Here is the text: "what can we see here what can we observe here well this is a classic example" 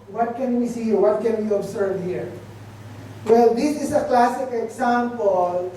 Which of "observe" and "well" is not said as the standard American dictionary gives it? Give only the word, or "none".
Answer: observe